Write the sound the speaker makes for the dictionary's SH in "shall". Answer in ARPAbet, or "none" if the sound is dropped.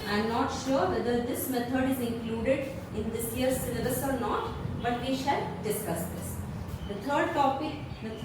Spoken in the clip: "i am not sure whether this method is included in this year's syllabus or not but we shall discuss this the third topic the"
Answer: SH